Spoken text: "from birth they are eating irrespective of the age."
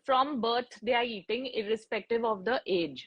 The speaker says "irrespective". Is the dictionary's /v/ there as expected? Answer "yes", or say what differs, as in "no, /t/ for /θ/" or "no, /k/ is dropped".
yes